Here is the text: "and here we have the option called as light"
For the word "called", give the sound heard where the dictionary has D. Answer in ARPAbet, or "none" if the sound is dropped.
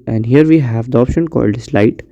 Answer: D